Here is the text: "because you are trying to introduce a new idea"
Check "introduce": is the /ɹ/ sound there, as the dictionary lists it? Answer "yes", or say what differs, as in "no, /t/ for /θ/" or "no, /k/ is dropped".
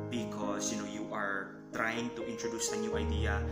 yes